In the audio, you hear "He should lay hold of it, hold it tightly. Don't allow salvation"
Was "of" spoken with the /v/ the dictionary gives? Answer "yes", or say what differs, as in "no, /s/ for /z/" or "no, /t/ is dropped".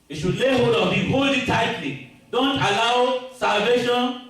no, /b/ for /v/